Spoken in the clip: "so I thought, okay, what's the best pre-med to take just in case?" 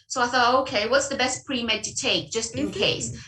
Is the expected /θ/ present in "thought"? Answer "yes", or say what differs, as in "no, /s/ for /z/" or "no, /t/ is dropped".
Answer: yes